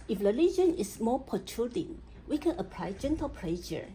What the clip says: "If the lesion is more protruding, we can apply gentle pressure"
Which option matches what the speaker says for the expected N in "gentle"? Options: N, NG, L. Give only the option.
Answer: N